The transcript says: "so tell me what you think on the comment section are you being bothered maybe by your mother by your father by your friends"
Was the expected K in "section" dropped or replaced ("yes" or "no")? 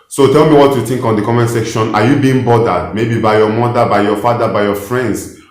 no